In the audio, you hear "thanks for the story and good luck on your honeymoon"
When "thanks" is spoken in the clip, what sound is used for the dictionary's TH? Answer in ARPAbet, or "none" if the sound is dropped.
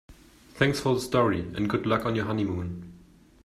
TH